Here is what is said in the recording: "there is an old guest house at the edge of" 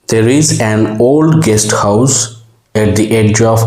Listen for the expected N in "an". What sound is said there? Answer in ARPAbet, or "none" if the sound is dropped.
N